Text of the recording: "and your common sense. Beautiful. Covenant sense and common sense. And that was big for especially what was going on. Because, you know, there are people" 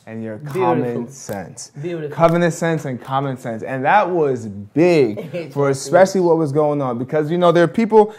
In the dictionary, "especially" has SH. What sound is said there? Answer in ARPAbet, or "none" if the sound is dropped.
SH